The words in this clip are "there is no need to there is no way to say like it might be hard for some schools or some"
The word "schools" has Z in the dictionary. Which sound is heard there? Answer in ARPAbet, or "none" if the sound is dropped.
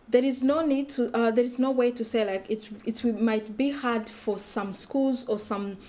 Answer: Z